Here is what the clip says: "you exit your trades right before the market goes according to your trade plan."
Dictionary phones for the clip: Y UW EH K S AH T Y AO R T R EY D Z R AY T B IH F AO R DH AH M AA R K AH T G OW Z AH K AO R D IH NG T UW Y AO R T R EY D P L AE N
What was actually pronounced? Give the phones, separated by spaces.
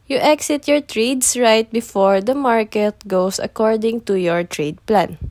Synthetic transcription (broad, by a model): Y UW EH K S AH T Y AO R T R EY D S R AY T B IH F AO R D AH M AA R K AH T G OW S AH K AO R D IH NG T UW Y AO R T R EY D P L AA N